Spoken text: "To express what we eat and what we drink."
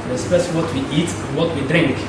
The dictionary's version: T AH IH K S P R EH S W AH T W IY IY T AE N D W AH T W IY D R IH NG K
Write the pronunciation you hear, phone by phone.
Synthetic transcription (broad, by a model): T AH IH S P EH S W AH T W IY IY T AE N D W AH T W IY D R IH NG K